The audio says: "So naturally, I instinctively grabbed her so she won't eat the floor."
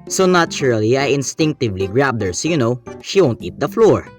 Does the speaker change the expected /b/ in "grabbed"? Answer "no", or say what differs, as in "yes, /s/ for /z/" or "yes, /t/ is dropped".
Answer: no